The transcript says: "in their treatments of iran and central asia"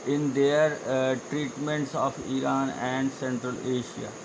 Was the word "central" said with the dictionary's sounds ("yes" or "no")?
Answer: yes